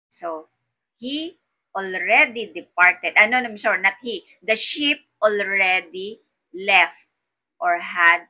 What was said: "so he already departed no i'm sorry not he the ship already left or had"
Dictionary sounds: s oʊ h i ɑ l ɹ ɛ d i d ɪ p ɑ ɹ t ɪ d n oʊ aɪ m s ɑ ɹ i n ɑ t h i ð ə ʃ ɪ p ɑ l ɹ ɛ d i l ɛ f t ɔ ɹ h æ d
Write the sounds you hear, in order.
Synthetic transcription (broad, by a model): s oʊ h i ɑ l ɹ ɛ d i d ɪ p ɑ ɹ t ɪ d n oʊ aɪ m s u ɹ n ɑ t h i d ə ʃ ɪ p ɑ l ɹ ɛ d i l ɛ f t ɔ ɹ h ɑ d